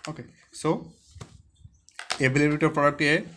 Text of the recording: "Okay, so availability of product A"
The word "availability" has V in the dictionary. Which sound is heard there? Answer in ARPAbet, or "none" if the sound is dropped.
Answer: B